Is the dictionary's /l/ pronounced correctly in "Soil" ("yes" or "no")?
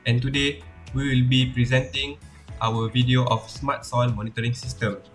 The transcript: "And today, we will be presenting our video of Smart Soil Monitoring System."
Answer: no